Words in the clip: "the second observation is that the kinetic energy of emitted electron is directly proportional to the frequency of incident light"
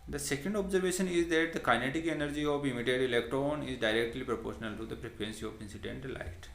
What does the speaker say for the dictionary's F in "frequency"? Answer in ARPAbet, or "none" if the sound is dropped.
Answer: P